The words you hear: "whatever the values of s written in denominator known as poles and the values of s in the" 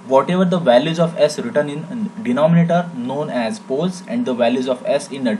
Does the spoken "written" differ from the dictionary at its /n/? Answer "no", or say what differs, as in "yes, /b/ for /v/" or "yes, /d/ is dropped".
no